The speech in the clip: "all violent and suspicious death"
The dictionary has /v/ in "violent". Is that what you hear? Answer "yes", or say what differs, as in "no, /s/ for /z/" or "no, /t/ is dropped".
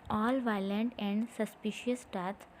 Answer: yes